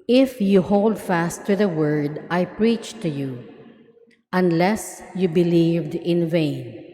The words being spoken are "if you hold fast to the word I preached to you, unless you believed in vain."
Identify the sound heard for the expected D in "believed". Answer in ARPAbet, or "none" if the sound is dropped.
D